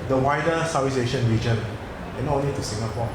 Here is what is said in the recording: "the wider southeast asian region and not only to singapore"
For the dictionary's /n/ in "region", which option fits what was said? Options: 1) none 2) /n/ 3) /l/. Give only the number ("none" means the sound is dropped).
2